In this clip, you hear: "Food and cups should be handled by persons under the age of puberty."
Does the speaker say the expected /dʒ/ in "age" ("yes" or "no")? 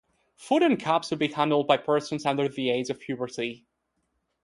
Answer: no